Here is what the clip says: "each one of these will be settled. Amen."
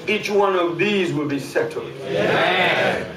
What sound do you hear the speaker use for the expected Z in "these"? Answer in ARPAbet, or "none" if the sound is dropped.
Z